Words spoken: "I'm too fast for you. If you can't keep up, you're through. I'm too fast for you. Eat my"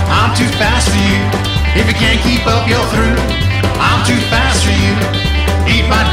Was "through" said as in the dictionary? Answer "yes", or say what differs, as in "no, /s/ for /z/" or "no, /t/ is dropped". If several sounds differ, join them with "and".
yes